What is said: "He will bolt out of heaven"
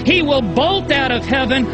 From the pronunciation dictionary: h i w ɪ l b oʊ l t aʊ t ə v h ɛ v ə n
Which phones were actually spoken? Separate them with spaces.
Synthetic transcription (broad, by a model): h i w ɪ l b oʊ l t aʊ t ə v h ɛ v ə n